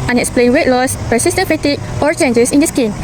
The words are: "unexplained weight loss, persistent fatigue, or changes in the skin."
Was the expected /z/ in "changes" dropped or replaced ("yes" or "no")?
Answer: yes